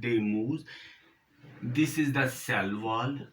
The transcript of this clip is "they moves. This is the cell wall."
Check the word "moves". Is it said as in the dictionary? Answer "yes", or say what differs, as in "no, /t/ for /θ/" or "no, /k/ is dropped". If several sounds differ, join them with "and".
no, /v/ is dropped